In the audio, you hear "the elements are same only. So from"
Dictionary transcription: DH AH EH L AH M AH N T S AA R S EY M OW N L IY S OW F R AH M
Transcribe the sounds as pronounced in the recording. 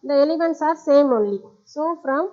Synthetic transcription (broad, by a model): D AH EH L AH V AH N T S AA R S EY M OW N L IY S OW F R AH M